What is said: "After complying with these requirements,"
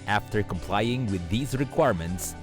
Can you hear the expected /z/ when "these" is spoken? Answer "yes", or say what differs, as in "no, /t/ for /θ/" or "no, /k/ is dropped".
yes